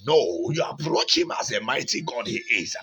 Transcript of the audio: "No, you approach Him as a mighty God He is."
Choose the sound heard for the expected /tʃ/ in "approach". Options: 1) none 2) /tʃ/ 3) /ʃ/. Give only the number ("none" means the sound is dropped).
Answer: 2